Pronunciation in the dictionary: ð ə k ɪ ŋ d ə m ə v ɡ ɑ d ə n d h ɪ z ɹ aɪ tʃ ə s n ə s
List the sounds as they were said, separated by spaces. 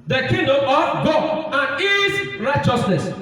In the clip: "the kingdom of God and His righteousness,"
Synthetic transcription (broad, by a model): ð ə k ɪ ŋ d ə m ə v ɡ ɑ ə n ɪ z ɹ aɪ tʃ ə s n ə s